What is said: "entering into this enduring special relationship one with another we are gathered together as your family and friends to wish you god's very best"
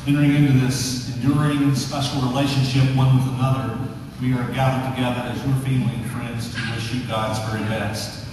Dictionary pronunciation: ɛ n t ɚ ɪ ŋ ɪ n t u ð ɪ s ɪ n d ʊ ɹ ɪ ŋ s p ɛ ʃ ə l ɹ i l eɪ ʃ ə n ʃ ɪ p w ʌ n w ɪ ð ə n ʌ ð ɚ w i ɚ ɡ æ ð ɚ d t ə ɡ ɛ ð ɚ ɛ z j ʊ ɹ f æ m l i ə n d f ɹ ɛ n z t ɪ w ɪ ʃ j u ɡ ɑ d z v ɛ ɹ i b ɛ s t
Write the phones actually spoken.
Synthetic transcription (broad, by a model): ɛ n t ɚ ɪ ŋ ɪ n t u ð ɪ s ɪ n d ʊ ɹ ɪ ŋ s p ɛ ʃ l ɹ i l eɪ ʃ ə n ʃ ɪ p w ʌ n w ɪ ð ə n ʌ ð ɚ w i ɚ ɡ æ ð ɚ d t ə ɡ ɛ ð ɚ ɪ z j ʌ ɹ f æ m l i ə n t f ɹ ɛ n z t ɪ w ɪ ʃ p ɡ ɑ d z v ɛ ɹ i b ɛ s t